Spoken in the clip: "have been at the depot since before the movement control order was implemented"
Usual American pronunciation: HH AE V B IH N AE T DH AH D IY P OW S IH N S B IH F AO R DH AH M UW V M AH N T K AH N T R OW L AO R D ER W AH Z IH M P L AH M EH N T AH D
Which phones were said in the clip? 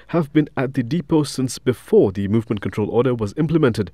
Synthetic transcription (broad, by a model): HH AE V B IH N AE T DH AH D IY P OW S IH N S B IH F AO R DH AH M UW V M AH N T K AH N T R OW L AO R D ER W AH Z IH M P L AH M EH N T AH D